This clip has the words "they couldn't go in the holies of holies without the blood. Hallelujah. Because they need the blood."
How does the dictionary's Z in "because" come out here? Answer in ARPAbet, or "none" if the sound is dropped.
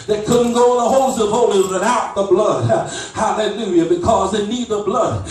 Z